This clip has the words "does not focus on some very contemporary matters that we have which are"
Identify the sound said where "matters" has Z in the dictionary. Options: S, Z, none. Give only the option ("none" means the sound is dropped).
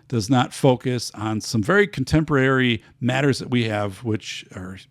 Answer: Z